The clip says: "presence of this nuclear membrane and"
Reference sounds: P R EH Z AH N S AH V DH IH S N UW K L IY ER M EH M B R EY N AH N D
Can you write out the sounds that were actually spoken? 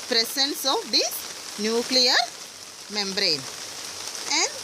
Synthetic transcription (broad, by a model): P R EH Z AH N S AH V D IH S N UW K L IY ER M EH M B R EY N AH N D